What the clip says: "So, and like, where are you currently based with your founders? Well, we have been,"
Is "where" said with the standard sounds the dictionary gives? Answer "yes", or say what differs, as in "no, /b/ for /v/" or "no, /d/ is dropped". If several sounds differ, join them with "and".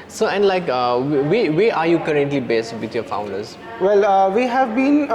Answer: no, /w/ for /ɹ/